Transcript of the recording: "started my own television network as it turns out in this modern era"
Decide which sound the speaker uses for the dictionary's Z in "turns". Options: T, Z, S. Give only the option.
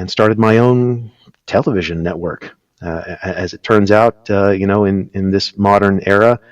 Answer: Z